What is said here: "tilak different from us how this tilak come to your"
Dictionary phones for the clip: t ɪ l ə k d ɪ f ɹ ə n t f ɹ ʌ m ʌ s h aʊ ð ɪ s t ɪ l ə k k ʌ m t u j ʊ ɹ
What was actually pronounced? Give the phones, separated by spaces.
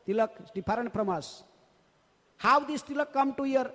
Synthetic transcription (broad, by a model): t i l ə k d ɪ p ɹ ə n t p ɹ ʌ m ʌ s h aʊ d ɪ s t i l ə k k ʌ m t u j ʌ ɹ